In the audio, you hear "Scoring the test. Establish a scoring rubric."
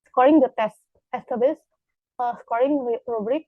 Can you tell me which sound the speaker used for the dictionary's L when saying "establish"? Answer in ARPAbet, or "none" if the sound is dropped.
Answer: none